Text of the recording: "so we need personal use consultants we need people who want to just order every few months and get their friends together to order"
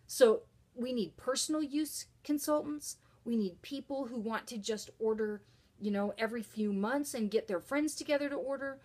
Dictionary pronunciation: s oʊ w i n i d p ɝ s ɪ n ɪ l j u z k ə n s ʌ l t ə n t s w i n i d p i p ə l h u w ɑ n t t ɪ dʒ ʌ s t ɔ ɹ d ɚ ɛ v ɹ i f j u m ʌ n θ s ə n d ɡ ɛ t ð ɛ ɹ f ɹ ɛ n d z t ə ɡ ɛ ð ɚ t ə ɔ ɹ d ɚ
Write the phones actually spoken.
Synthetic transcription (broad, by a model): s oʊ w i n i d p ɝ s n l j u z k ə n s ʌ l t n t s w i n i d p i p l h u w ɑ n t t ɪ dʒ ʌ s t ɔ ɹ d ɚ ɛ v ɹ i f j u m ʌ n θ s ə n ɡ ɛ t ð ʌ ɹ f ɹ ɛ n d z t ə ɡ ɛ ð ɚ t ə ɔ ɹ d ɚ